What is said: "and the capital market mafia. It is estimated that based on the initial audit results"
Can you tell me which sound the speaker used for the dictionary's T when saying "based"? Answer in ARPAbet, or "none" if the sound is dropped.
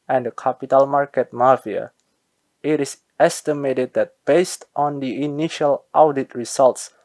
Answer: T